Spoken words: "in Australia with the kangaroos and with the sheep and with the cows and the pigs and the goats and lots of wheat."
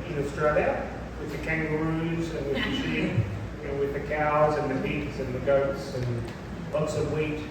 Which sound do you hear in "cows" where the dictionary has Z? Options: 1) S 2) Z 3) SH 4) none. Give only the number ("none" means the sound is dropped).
2